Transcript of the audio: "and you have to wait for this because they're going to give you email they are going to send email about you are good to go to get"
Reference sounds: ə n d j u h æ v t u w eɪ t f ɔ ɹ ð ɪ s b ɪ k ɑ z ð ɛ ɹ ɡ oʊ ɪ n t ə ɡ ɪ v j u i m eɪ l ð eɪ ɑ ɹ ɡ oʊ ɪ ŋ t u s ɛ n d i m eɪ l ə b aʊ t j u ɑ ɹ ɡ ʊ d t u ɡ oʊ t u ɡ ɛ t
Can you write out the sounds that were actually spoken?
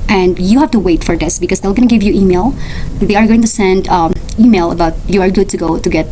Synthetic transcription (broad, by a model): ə n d j u h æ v t u w eɪ t f ɔ ɹ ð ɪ s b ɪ k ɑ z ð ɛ l ɡ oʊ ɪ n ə ɡ ɪ v j u i m eɪ l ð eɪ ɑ ɹ ɡ oʊ ɪ ŋ t u s ɛ n d i m eɪ l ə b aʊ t j u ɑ ɹ ɡ ʊ d t u ɡ oʊ t u ɡ ɛ t